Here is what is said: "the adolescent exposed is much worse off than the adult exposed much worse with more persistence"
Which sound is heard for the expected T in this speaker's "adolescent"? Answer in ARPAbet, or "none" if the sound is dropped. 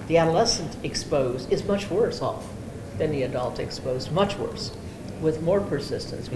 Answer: T